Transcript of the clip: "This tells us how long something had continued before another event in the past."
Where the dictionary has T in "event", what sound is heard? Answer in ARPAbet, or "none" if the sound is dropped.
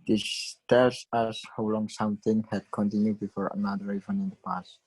none